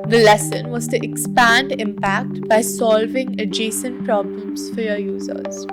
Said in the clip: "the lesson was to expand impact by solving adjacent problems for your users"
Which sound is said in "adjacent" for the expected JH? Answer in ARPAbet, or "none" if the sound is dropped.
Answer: JH